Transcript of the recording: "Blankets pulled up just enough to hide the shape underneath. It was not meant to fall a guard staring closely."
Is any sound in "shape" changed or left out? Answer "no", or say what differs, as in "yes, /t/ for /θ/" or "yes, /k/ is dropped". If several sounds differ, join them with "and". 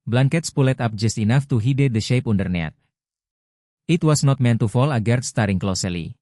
no